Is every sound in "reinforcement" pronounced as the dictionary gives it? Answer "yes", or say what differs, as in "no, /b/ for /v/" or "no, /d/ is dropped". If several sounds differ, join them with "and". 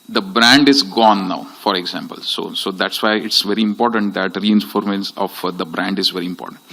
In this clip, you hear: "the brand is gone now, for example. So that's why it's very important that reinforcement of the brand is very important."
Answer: no, /s/ is dropped